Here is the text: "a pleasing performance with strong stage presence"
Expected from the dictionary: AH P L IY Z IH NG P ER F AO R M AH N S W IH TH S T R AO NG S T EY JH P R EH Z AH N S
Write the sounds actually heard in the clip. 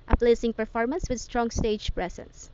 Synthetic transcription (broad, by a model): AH P L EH S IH NG P ER F AO R M AH N S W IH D S T R AO NG S T EY JH P R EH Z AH N S